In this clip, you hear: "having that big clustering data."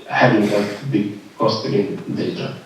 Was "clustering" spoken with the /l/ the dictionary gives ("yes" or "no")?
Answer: no